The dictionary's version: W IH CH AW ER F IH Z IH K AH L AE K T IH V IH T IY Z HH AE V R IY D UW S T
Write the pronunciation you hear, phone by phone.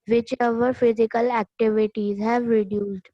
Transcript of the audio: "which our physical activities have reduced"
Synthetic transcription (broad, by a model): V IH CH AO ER F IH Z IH K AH L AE K T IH V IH T IY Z HH AE V R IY D UW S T